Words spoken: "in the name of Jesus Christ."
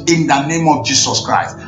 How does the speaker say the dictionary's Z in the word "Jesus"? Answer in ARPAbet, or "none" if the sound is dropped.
S